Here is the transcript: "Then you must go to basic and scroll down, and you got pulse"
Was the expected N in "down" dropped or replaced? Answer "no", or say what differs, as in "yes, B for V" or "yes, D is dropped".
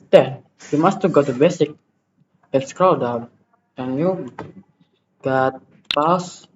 yes, N is dropped